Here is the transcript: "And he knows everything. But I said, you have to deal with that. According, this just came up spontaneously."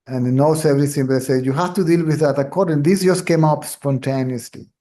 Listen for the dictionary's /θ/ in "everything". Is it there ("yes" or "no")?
no